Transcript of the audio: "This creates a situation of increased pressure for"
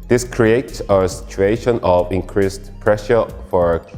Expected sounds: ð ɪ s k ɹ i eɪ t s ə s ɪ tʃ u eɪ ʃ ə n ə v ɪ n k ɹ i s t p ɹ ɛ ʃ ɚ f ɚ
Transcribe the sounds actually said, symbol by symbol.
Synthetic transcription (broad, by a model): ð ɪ s k ɹ i eɪ t s ə s ɪ tʃ u eɪ ʃ ə n ə v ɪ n k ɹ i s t p ɹ ɛ ʃ ɚ f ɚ